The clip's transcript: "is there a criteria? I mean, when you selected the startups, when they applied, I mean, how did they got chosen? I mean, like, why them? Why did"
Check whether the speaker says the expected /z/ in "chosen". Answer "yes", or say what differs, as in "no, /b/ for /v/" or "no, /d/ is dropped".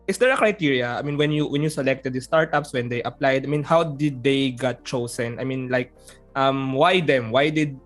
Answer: no, /s/ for /z/